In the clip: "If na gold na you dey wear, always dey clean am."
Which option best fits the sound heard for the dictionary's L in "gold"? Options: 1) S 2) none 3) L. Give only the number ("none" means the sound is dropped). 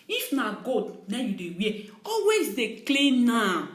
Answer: 2